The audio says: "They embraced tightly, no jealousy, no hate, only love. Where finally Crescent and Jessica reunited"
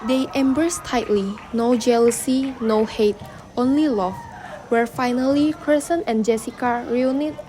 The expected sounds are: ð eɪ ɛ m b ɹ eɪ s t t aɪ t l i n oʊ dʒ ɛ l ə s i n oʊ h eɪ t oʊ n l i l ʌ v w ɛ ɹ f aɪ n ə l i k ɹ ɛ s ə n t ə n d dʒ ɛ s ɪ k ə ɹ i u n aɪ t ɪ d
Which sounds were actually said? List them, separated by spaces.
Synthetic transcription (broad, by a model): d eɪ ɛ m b ɹ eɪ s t t aɪ t l i n oʊ dʒ ɛ l ə s i n oʊ h eɪ t oʊ n l i l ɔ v w ɛ ɹ f aɪ n ə l i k ɹ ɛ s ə n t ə n dʒ ɛ s ɪ k ə ɹ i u n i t